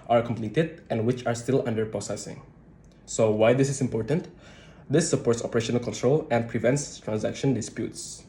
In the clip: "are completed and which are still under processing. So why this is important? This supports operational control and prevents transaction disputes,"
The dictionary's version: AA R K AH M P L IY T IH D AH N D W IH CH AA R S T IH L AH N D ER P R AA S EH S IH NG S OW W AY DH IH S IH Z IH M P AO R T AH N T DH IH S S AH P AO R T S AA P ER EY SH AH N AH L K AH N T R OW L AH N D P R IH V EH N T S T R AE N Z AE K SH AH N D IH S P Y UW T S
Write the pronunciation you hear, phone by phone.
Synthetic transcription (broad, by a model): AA R K AH M P L IY T IH D AH N D W IH CH AA R S T IH L AH N D ER P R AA S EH S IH NG S OW W AY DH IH S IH S IH M P AO R T AH N T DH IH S S AH P AO R T S AA P ER EY SH AH N AH L K AH N T R OW L AH N D P R IH V EH N T S T R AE N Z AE K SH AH N D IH S P Y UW T S